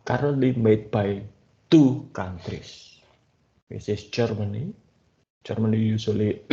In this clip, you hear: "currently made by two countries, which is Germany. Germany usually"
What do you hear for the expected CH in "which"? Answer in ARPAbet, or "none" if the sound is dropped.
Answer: S